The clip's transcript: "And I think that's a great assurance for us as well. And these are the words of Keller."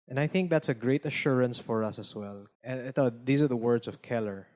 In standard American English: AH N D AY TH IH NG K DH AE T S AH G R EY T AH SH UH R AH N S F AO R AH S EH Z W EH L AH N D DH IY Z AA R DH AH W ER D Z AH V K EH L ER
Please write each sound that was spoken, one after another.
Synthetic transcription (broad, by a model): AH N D AY TH IH NG K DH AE T S AH G R EY T AH SH UH R AH N S F AO R AH S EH S W EH L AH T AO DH IY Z AA R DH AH W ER D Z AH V K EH L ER